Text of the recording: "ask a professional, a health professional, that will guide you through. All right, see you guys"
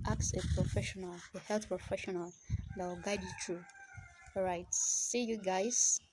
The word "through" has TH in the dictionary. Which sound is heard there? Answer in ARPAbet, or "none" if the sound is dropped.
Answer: T